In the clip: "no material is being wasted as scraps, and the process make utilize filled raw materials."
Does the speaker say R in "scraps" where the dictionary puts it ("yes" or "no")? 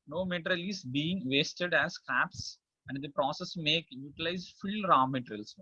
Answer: no